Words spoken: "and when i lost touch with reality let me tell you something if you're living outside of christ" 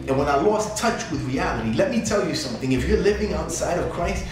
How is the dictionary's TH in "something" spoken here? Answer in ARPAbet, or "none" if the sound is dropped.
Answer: TH